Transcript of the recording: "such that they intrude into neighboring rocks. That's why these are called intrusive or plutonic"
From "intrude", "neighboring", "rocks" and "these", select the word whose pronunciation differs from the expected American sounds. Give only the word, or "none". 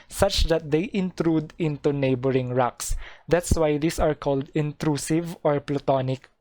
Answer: these